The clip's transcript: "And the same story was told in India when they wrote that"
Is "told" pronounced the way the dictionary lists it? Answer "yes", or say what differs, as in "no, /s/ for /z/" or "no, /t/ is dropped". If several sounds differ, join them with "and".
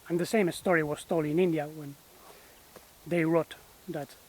no, /d/ is dropped